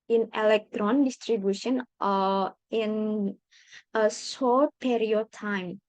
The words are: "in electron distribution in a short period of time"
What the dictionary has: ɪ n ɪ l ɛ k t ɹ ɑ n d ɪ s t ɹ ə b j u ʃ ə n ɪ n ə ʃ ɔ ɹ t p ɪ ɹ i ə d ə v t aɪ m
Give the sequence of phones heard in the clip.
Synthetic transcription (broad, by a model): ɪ n ɪ l ɛ k t ɹ ɑ n d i s t ɹ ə b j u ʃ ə n ɪ n ə s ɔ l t p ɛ ɹ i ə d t aɪ m